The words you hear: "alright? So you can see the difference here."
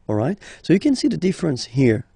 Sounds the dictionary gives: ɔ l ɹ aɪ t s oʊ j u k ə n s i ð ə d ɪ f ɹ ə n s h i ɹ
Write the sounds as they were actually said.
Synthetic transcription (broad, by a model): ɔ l ɹ aɪ t s oʊ j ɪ k ə n s i ð ə d ɪ f ɹ ə n s h i ɹ